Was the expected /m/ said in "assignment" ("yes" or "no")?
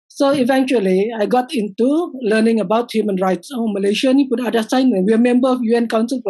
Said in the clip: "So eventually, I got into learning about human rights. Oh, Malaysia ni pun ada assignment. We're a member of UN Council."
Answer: no